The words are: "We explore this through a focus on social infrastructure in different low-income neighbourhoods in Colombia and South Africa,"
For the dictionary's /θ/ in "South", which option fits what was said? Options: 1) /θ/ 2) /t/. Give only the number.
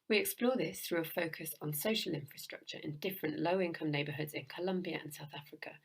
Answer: 1